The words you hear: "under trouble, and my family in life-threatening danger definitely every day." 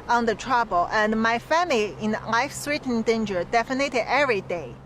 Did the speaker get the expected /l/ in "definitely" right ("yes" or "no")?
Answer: no